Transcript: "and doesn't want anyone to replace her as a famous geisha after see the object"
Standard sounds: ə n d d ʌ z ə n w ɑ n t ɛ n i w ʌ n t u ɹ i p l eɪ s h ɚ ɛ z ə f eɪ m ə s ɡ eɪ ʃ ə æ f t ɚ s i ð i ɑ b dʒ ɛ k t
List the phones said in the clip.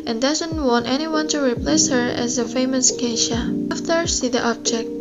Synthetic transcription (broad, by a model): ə n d d ʌ z ə n w ɑ n t ɛ n i w ʌ n t u ɹ i p l eɪ s h ɚ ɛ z ə f eɪ m ə s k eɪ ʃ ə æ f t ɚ s i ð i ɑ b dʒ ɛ k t